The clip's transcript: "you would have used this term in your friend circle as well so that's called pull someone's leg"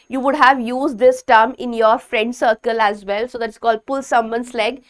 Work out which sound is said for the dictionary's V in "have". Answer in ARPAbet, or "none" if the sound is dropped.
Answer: V